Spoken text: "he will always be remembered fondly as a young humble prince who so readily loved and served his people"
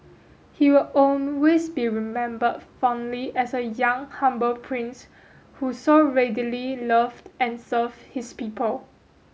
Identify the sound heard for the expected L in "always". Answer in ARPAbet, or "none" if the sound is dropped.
N